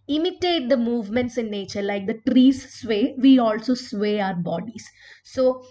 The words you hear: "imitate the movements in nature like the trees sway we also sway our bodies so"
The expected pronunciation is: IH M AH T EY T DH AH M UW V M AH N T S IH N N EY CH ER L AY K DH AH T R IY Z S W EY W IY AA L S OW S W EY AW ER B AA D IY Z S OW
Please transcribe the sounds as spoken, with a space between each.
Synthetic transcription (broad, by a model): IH M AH T EY T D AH M UW V M AH N T S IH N N EY CH ER L AY K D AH T R IY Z S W EY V IY AA L S OW S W EY AW ER B AA D IY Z S OW